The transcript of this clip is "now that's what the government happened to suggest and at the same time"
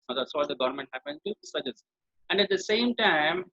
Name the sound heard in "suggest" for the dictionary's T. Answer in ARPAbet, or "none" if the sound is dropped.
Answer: none